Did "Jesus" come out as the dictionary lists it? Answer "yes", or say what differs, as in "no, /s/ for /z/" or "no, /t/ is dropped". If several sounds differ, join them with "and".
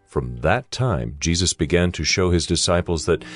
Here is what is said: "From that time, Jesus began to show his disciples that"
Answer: yes